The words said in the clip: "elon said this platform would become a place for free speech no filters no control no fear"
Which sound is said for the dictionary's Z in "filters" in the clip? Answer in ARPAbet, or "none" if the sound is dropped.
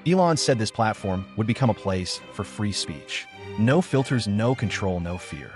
Z